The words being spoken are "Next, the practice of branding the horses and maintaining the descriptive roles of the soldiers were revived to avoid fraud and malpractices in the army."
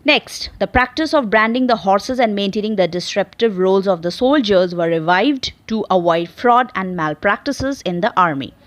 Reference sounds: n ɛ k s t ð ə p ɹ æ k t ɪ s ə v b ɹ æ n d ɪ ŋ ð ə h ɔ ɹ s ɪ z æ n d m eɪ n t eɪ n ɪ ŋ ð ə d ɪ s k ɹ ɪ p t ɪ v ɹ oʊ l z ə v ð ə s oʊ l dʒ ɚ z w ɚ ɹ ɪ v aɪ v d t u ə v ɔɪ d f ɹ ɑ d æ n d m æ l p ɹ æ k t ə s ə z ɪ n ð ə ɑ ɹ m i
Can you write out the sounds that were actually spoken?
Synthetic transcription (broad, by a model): n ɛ k s t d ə p ɹ æ k t ɪ s ə v b ɹ æ n d ɪ ŋ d ə h ɔ ɹ s ɪ z æ n d m eɪ n t eɪ n ɪ ŋ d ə d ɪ s ɹ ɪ p t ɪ v ɹ oʊ l z ə v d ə s oʊ l dʒ ɚ z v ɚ ɹ ɪ v aɪ v d t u ə v ɔɪ d f ɹ ɑ d æ n d m æ l p ɹ æ k t ə s ə z ɪ n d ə ɑ ɹ m i